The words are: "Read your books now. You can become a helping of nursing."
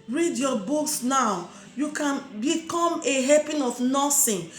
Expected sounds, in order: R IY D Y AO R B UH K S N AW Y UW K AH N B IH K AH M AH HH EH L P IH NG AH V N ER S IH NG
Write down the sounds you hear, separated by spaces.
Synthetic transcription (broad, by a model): R IY D Y AO B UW K S N AW Y UW K AH N B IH K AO M AH HH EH P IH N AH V N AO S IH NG